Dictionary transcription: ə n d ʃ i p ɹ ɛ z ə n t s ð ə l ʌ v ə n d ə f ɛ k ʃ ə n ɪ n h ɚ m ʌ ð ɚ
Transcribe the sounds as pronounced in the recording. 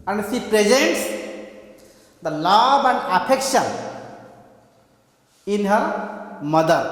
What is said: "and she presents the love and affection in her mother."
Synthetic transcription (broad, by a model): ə n d s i p ɹ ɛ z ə n t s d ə l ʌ b ə n d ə p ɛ k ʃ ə n ɪ n h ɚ m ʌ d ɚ